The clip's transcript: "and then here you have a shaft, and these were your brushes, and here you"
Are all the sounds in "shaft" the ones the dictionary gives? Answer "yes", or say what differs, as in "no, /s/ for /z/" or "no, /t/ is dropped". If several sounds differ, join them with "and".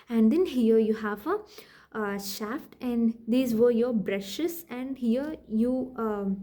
yes